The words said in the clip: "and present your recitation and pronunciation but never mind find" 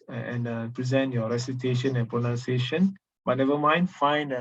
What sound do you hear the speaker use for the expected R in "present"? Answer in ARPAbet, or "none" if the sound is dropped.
R